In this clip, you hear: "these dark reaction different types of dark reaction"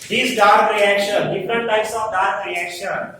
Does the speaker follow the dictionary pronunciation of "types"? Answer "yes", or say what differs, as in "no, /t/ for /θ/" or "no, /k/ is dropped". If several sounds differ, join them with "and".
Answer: no, /p/ is dropped